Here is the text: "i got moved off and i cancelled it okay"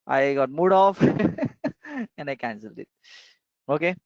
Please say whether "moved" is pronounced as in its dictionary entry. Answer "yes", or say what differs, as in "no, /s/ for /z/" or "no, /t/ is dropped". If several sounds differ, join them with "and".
no, /v/ is dropped